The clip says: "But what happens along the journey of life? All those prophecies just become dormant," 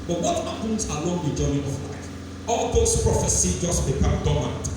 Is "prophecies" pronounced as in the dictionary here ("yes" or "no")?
no